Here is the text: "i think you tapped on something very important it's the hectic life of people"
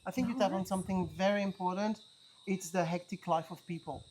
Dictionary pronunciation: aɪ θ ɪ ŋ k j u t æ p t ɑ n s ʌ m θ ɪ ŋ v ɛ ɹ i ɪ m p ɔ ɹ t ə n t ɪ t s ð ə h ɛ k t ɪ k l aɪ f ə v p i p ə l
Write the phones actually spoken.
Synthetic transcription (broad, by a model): aɪ θ ɪ ŋ k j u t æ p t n s ʌ m θ ɪ ŋ v ɛ ɹ i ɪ m p ɔ ɹ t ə n t ɪ t s ð ə h ɛ k t ɪ k l aɪ f ə v p i p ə l